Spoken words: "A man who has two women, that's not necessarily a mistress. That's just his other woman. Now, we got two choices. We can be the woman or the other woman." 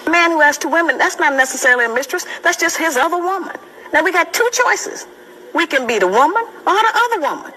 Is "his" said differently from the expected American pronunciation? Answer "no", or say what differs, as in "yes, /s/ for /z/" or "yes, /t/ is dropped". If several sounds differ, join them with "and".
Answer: no